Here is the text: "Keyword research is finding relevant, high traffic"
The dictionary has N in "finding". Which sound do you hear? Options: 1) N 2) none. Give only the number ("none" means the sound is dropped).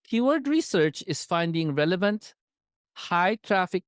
1